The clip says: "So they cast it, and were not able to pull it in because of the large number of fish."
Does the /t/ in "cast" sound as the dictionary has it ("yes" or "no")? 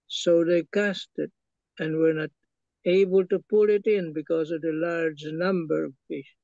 yes